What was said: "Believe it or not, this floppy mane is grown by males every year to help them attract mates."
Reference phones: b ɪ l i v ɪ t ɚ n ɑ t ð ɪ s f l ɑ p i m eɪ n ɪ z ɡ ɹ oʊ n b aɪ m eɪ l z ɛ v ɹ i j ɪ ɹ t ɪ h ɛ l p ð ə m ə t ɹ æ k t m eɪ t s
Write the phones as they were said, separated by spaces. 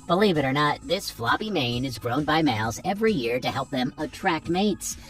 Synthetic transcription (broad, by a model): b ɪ l i v ɪ t ɚ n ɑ t ð ɪ s f l ɑ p i m eɪ n ɪ z ɡ ɹ oʊ n b aɪ m eɪ l z ɛ v ɹ i j ɪ ɹ t ɪ h ɛ l p ð ə m ə t ɹ æ k t m eɪ t s